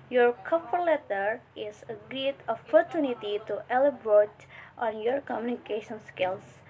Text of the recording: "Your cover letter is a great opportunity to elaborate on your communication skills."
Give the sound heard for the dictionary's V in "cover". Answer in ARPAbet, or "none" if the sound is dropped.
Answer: P